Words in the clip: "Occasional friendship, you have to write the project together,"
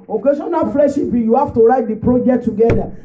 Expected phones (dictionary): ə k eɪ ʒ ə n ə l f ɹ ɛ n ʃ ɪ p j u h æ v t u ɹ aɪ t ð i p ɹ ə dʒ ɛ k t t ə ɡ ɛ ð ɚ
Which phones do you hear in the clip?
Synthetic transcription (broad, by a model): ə k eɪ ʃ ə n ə f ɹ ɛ ʃ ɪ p j u h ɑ f t u ɹ aɪ t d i p ɹ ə dʒ ɛ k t t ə ɡ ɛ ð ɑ